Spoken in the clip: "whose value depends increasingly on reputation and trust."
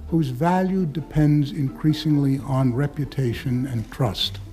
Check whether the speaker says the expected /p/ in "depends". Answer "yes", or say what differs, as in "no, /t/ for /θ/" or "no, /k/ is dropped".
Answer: yes